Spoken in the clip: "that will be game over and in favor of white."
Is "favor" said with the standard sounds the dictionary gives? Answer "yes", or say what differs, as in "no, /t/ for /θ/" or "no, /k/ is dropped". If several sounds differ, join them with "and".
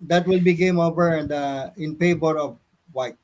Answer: no, /p/ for /f/ and /b/ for /v/